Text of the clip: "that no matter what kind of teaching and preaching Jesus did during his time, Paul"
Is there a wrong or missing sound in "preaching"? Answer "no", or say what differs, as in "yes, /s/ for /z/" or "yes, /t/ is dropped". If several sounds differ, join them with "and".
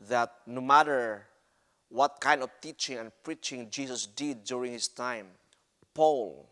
no